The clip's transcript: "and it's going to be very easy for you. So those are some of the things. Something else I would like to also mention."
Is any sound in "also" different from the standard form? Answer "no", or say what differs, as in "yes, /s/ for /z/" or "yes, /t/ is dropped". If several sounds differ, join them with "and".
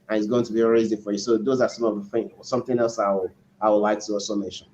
yes, /l/ is dropped